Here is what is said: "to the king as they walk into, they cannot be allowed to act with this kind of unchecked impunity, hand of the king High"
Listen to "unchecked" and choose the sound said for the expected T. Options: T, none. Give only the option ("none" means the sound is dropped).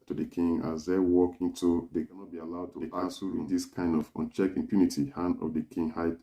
none